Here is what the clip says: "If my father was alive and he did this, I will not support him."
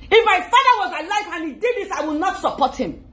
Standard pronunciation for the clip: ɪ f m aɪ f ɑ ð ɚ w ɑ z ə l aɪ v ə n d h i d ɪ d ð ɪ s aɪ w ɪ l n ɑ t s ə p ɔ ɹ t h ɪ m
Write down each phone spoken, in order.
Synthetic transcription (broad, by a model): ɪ f m aɪ f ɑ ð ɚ w ɑ z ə l aɪ f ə n h i d ɪ d ð ɪ s aɪ w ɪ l n ɑ t s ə p ɔ t h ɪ m